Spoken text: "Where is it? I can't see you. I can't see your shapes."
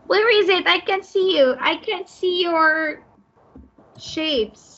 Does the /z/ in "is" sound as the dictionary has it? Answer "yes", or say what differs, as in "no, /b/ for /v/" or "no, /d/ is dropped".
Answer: yes